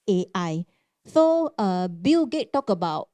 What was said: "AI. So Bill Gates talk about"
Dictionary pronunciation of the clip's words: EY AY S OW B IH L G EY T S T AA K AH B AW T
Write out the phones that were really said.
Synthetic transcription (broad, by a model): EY AY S OW B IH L G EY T T AA K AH B AW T